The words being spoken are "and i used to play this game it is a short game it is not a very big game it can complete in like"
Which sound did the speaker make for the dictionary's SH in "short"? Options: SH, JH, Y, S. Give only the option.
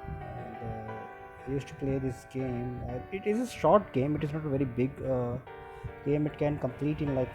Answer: SH